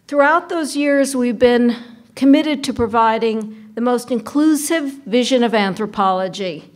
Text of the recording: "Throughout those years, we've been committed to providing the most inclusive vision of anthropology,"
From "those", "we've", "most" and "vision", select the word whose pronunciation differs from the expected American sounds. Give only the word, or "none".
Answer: none